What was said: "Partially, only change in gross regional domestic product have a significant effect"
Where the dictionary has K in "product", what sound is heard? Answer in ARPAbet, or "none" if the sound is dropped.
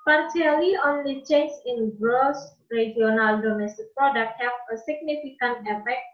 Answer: none